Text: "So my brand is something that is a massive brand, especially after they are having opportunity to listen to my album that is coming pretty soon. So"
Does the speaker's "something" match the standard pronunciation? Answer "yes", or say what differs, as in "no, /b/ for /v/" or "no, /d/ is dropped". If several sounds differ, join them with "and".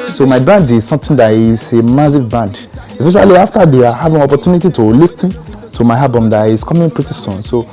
no, /t/ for /θ/